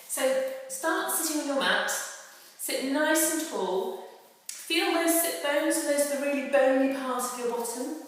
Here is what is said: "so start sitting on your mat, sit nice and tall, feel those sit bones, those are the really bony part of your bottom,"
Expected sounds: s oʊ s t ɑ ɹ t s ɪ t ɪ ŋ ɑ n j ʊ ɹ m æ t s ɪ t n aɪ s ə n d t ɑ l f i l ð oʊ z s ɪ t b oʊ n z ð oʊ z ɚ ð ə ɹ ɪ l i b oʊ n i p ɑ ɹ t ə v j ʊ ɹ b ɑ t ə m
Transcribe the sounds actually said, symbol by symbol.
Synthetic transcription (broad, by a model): s oʊ s t ɑ t s ɪ t ɪ ŋ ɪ n j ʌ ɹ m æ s s ɪ t n aɪ s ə n t ɑ l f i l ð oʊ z s ɪ t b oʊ n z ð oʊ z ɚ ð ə ɹ ɪ l i b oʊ n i p ɑ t ə v j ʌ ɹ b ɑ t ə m